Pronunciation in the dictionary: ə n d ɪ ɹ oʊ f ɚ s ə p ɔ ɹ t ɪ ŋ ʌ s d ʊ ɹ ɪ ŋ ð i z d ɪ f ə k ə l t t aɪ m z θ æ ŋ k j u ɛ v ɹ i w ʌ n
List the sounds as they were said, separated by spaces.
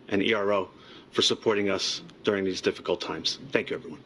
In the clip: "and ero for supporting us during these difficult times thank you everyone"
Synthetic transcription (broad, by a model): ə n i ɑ ɹ oʊ f ɚ s ə p ɔ ɹ t ɪ ŋ ʌ s d ʊ ɹ ɪ ŋ ð i z d ɪ f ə k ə l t t aɪ m z θ æ ŋ k j u ɛ v ɹ i w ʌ n